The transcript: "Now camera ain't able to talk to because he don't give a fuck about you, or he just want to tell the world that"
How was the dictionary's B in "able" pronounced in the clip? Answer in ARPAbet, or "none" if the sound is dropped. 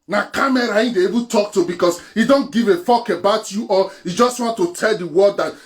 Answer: none